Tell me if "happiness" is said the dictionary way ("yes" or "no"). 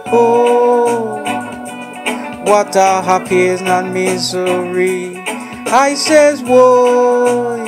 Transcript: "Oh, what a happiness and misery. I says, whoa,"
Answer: no